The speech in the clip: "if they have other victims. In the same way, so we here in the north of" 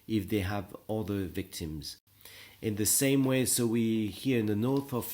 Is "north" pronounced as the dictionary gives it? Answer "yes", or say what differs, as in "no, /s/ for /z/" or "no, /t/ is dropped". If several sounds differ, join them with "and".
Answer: yes